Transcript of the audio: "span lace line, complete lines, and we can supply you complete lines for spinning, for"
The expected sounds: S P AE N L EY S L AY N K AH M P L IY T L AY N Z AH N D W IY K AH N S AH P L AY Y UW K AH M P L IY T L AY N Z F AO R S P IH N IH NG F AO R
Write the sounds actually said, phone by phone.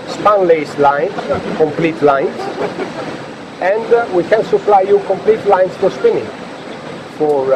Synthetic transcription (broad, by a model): S P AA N L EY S L AY N K AH M P L IY T L AY N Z AH N D W IY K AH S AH F L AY Y UW K AH M P L IY T L AY N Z F AO R S P IH N IH NG F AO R